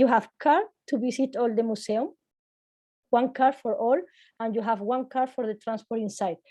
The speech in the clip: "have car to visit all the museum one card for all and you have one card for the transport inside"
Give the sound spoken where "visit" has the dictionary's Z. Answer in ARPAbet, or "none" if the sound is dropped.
S